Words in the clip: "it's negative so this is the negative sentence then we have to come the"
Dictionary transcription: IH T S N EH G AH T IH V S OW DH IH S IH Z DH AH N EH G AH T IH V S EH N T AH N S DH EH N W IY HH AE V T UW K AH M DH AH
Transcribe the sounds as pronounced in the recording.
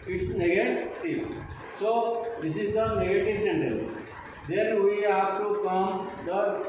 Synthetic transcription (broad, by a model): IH T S N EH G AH T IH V S OW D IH S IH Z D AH N EH G AH T IH V S EH N T AH N S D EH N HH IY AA P T UW K AH M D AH